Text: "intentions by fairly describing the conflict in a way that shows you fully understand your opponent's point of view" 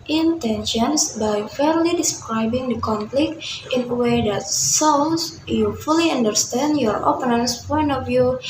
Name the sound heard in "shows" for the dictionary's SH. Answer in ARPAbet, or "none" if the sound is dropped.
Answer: S